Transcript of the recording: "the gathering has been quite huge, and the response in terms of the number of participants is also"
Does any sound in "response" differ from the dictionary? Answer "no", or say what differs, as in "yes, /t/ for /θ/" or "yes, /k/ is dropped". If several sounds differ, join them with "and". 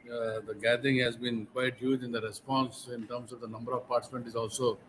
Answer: no